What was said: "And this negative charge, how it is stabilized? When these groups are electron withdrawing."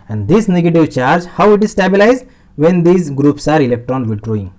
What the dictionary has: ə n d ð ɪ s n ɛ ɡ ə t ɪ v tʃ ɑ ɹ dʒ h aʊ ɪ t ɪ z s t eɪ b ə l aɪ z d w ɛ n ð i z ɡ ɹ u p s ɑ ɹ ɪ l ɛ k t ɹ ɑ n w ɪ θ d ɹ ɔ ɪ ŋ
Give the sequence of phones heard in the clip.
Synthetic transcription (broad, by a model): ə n d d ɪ s n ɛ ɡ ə t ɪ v tʃ ɑ ɹ dʒ h aʊ ɪ t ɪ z s t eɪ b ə l aɪ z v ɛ n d i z ɡ ɹ u p s ɑ ɹ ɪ l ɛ k t ɑ n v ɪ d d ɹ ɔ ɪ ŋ